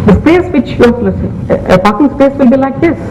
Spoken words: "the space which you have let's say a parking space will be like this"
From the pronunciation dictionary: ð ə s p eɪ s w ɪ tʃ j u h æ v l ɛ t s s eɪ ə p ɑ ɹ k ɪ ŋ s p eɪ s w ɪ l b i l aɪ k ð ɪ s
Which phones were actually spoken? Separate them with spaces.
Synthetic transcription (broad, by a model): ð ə s p eɪ s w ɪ tʃ j u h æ p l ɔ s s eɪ ə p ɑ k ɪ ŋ s p eɪ s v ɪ l b i l aɪ k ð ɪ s